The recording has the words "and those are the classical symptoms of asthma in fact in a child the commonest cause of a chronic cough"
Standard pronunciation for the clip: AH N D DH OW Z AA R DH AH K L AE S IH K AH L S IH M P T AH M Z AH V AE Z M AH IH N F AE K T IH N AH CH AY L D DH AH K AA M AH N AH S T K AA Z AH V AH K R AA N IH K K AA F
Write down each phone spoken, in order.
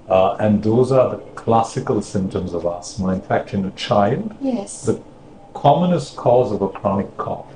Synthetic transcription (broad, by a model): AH N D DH OW Z AA R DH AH K L AE S IH K AH L S IH M P T AH M Z AH V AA S M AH IH N F AE K T IH N AH CH AY L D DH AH K AA M AH N AH S T K AA Z AH V AH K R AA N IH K K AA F